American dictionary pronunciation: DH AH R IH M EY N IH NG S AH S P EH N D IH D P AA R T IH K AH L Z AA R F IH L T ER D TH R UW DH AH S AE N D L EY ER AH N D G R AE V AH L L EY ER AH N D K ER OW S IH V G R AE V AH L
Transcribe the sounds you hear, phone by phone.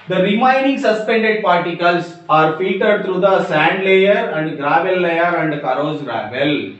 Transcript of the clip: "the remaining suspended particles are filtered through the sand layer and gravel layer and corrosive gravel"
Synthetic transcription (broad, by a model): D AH R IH M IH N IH NG S AH S P EH N D IH D P AA R T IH K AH L S AA R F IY T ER D T R UW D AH S AE N D L EY ER AH N D G R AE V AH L L EY ER AH N D K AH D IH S G R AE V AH L